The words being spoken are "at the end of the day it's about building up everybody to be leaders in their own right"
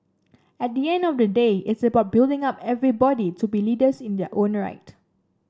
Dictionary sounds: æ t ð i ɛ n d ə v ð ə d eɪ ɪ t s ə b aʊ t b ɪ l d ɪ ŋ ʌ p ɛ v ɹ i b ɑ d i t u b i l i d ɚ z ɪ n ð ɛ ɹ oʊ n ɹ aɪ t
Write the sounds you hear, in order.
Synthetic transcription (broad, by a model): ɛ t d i ɛ n d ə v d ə d eɪ ɪ t s ə b aʊ t b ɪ l d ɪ ŋ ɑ p ɛ v ɹ i b ɑ d i t u b i l i d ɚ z ɪ n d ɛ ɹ oʊ n ɹ aɪ t